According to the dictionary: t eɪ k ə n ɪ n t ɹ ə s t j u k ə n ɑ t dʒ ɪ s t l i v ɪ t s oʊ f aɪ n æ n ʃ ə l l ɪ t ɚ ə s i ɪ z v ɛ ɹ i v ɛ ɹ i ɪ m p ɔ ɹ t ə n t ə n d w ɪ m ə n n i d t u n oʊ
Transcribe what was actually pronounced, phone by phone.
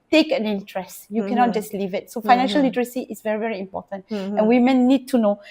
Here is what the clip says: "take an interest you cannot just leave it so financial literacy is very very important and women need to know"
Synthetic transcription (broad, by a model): t eɪ k ə n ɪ n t ɹ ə s t j u k ə n ɑ t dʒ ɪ s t l i v ɪ t s oʊ f aɪ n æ n ʃ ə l l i t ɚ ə s i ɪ s v ɛ ɹ i v ɛ ɹ i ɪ m p ɔ t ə n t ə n w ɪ m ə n n i d t u n oʊ